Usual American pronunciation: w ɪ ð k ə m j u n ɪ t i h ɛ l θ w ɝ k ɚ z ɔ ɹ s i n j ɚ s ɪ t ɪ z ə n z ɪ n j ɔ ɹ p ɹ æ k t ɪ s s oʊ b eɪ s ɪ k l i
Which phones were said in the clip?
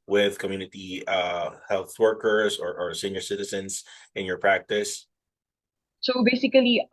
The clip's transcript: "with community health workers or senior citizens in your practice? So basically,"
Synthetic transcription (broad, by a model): w ɪ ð k ə m j u n ɪ t i h ɛ l θ w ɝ k ɚ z ɔ ɹ s i n j ɚ s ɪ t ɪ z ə n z ɪ n j ɔ ɹ p ɹ æ k t ɪ s s oʊ b eɪ s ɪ k l i